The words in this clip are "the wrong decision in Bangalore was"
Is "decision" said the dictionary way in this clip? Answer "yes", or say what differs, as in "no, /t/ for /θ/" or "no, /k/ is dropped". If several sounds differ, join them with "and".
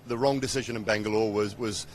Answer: yes